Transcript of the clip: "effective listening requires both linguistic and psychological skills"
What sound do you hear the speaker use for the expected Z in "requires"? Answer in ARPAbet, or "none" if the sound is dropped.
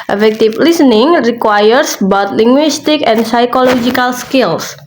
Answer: S